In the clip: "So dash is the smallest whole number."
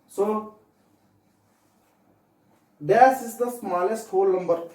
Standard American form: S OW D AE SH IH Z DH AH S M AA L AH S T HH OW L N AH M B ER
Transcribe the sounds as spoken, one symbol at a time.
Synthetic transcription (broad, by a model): S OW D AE S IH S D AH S M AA L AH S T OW L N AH M B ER